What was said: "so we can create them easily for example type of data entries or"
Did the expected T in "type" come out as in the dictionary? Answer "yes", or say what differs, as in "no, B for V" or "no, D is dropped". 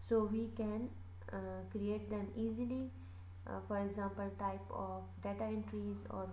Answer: yes